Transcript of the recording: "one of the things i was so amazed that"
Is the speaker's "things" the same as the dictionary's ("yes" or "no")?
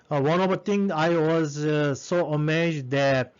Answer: no